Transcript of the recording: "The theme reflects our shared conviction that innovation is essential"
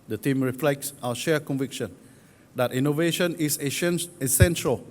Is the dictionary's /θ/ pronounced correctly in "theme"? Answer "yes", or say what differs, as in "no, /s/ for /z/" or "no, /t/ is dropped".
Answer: no, /t/ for /θ/